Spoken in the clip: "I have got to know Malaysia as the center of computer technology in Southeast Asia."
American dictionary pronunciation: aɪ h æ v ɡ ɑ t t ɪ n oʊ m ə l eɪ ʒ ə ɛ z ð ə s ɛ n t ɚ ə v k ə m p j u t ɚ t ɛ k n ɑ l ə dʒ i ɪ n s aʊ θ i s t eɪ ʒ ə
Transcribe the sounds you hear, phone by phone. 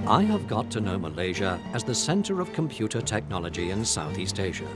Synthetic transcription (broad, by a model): aɪ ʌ v ɡ ɑ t t ɪ n oʊ m ə l eɪ ʒ ə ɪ z ð ə s ɛ n t ɚ ə v k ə m p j u t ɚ t ɛ k n ɑ l ə dʒ i ɪ n s aʊ θ i s t eɪ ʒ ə